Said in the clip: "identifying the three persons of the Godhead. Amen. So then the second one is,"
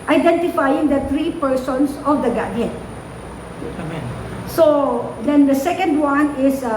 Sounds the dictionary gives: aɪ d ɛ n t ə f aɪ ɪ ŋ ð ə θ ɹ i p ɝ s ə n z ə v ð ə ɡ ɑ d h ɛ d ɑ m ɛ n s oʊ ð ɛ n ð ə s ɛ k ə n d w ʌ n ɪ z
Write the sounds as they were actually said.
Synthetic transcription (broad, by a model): aɪ d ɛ n t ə f aɪ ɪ ŋ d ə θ ɹ i p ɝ s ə n s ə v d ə ɡ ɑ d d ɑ ɛ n s oʊ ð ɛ n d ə s ɛ k ə n d w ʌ n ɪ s